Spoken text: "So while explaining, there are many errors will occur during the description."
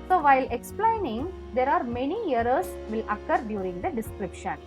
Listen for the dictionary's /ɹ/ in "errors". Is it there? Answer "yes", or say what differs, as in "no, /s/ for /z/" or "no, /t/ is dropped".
no, /ɹ/ is dropped